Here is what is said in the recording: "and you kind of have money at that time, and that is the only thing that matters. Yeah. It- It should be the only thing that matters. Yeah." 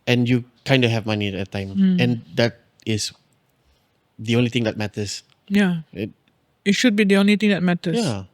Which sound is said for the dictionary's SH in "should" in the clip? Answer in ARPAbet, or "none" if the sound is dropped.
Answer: SH